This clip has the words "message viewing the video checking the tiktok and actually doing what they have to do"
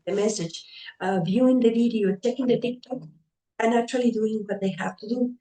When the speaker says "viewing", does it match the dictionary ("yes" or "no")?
yes